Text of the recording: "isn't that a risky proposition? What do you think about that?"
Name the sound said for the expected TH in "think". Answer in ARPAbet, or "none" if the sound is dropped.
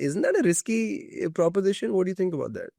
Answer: T